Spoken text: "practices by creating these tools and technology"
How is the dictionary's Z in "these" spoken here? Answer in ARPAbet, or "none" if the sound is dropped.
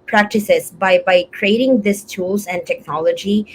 S